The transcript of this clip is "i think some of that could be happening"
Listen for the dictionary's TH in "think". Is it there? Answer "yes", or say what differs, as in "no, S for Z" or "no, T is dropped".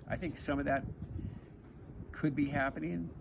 yes